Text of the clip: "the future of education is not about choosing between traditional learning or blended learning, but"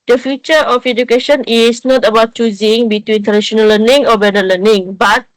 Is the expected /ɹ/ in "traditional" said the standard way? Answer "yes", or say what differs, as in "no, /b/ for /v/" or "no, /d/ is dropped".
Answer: no, /ɹ/ is dropped